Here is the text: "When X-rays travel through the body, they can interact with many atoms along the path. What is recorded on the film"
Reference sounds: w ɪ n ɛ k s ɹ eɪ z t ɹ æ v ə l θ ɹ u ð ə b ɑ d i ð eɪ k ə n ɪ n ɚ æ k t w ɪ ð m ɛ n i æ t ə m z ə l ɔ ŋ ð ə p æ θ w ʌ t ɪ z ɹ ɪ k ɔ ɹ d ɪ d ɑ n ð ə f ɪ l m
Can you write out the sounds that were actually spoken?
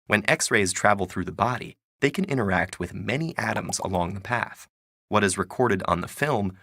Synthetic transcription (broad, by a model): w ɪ n ɛ k s ɹ eɪ z t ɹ æ v l θ ɹ u ð ə b ɑ d i ð eɪ k ə n ɪ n ɚ æ k t w ɪ ð m ɛ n i æ t ə m z ə l ɔ ŋ ð ə p æ θ w ʌ t ɪ z ɹ ɪ k ɔ ɹ d ɪ d n ð ə f ɪ l m